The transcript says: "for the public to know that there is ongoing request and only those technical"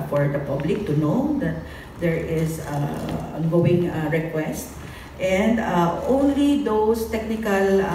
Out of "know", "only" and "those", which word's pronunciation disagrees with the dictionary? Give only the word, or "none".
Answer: those